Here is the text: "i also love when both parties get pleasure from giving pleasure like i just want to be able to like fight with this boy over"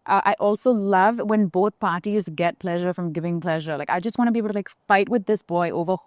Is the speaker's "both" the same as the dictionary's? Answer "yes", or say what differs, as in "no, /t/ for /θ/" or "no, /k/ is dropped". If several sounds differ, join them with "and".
yes